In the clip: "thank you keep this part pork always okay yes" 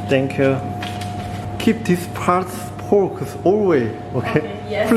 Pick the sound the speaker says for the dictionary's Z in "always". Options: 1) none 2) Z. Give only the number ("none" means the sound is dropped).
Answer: 1